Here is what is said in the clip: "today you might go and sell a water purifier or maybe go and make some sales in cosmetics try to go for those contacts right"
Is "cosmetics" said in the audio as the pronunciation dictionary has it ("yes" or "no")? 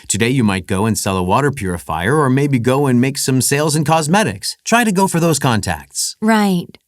yes